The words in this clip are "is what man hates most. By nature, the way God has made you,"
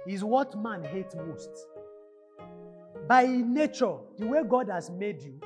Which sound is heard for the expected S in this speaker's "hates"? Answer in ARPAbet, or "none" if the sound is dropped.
none